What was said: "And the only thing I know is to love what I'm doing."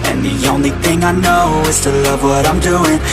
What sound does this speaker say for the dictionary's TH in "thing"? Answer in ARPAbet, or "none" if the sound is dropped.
TH